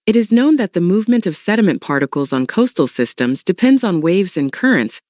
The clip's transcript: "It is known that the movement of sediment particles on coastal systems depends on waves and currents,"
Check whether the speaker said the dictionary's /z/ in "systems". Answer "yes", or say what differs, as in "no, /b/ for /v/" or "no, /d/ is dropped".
yes